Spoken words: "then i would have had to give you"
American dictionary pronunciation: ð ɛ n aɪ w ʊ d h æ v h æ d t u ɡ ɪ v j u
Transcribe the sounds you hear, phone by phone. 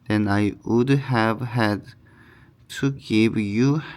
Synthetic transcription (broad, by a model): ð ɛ n aɪ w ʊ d h æ v h æ d t u ɡ ɪ v j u